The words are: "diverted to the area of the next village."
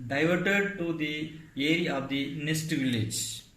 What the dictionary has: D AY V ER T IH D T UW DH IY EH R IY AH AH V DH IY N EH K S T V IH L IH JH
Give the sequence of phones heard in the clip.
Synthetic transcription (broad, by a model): D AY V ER T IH D T UW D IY EH R IY AH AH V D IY N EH S T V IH L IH JH